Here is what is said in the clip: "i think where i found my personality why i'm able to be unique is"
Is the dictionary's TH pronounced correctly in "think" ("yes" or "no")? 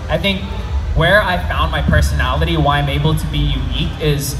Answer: yes